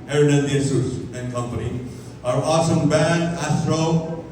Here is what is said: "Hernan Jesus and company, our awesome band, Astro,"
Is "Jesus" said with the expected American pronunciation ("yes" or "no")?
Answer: no